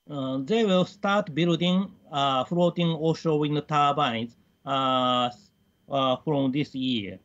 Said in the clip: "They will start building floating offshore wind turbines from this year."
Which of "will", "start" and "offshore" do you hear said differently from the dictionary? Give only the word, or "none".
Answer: offshore